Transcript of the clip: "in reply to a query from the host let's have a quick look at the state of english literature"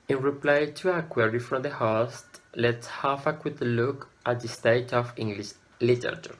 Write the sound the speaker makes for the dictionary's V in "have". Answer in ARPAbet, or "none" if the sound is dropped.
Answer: F